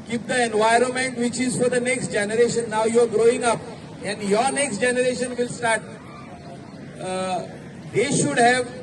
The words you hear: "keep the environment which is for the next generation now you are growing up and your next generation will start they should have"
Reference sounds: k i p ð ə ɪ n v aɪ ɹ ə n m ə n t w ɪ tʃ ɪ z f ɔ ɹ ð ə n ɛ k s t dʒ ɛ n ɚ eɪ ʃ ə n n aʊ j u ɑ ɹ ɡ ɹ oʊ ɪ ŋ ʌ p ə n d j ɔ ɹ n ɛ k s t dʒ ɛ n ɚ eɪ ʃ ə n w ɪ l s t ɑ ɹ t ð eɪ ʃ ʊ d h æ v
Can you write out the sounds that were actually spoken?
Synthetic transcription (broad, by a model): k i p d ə ɪ n v aɪ ɹ ə n m ə n t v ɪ tʃ ɪ z f ɔ ɹ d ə n ɛ k s t dʒ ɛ n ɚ eɪ ʃ ə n n aʊ j u ɑ ɹ ɡ ɹ oʊ ɪ ŋ ʌ p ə n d j ɔ ɹ n ɛ k s t dʒ ɛ n ɚ eɪ ʃ ə n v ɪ l s t ɑ ɹ t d eɪ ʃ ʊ d h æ v